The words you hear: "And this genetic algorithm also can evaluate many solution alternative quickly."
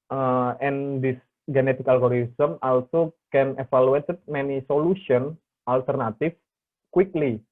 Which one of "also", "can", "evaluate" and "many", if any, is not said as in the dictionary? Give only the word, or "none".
evaluate